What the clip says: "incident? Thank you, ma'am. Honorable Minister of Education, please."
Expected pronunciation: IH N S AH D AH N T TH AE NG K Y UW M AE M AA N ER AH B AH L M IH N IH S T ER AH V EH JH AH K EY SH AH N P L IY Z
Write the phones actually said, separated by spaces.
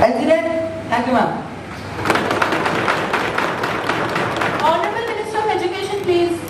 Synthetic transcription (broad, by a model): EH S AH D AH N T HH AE K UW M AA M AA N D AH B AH L M IH N IH S T ER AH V EH JH AH K EY SH AH N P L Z